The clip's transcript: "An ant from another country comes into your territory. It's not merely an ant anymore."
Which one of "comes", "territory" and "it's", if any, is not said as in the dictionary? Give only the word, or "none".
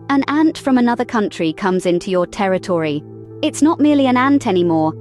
none